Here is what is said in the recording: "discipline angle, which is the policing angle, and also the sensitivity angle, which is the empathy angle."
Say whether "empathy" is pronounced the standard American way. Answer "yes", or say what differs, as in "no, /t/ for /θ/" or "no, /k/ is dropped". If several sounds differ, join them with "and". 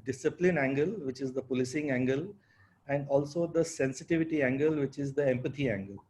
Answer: no, /t/ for /θ/